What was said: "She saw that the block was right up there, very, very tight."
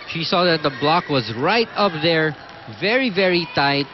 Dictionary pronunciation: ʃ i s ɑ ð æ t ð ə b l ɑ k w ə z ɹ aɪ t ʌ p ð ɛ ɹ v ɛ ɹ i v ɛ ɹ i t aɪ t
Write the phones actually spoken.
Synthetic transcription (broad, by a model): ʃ i s ɑ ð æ t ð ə b l ɑ k w ə z ɹ aɪ t ʌ p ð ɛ ɹ v ɛ ɹ i v ɛ ɹ i t aɪ t